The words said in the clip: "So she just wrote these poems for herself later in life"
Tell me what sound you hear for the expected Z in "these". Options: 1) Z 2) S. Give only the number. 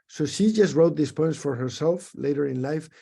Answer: 2